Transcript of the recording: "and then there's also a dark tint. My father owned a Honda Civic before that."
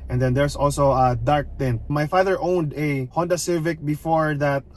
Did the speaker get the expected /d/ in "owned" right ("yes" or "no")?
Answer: yes